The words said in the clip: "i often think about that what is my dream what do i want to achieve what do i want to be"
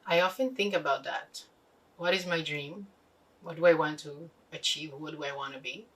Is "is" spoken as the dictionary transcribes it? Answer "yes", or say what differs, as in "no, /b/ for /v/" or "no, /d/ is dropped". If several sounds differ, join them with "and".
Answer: yes